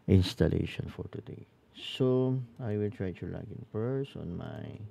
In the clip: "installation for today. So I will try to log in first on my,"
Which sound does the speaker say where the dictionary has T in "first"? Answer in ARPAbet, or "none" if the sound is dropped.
none